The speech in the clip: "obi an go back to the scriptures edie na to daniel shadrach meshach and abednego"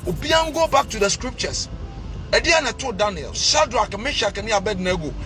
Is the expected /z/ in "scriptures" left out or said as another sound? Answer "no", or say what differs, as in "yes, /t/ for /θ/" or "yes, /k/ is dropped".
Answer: yes, /s/ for /z/